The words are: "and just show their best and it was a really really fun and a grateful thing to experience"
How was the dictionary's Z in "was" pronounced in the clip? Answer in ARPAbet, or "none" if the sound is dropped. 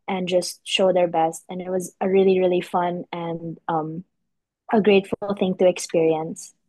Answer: Z